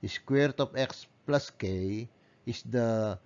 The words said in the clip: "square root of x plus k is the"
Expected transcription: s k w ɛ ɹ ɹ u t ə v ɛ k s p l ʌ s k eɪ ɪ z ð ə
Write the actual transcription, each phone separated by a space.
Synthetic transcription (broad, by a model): s k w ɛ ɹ ɹ t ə p ɛ k s p l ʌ s k eɪ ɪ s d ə